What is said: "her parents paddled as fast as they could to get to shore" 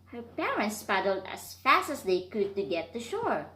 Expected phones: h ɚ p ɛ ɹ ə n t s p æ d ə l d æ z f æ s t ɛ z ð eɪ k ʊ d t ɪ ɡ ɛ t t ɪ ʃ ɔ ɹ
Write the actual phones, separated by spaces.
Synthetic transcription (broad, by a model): h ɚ p ɛ ɹ ə n t s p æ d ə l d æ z f æ s t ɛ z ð eɪ k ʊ d t ɪ ɡ ɛ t t ɪ ʃ ɔ ɹ